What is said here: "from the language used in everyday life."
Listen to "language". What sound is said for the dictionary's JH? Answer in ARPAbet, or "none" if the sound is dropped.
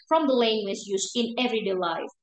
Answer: Z